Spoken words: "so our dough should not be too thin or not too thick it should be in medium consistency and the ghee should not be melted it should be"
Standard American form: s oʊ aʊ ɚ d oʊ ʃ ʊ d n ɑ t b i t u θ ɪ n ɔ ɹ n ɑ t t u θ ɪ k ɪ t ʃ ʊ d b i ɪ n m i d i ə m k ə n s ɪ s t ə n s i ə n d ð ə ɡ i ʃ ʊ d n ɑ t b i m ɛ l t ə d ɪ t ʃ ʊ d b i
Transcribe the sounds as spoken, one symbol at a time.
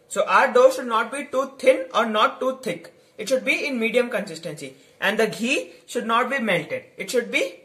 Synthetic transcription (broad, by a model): s oʊ aʊ ɚ d oʊ ʃ ʊ d n ɑ t b i t u t ɪ n ɔ ɹ n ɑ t t u t ɪ k ɪ t ʃ ʊ d b i ɪ n m i d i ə m k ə n s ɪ s t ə n s i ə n d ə ɡ i ʃ ʊ d n ɑ t b i m ɛ l t ə d ɪ t ʃ ʊ d b i